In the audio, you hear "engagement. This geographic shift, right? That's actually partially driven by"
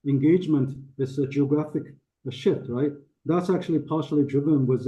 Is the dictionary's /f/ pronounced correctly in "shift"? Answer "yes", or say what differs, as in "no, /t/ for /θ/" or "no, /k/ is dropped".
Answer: no, /f/ is dropped